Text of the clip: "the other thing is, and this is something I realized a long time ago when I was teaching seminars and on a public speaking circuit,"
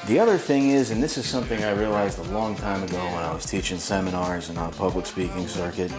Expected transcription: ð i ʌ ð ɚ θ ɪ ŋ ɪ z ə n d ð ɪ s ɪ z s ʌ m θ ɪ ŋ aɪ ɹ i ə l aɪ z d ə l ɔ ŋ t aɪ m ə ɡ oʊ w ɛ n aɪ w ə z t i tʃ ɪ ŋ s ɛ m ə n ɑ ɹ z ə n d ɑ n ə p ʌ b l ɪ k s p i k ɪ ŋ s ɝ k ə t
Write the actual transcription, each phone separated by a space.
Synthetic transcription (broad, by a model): ð i ʌ ð ɚ θ ɪ ŋ ɪ z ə n ð ɪ s ɪ z s ʌ m θ ɪ ŋ aɪ ɹ i ə l aɪ z d ə l ɔ ŋ t aɪ m ə ɡ oʊ w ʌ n aɪ w ə z t i tʃ ɪ ŋ s ɛ m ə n ɑ ɹ z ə n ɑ ə p ʌ b l ɪ k s p i k ɪ ŋ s ɝ k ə t